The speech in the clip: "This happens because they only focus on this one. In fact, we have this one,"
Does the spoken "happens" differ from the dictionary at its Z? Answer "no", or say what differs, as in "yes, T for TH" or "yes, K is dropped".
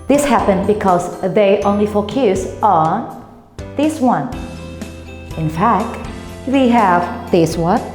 yes, Z is dropped